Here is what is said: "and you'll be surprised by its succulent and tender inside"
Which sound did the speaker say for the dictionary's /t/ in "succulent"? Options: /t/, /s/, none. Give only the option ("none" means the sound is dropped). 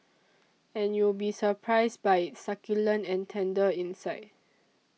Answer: none